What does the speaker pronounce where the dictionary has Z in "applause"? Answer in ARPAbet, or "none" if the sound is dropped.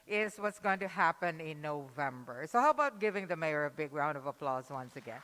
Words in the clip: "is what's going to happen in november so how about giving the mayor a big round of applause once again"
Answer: Z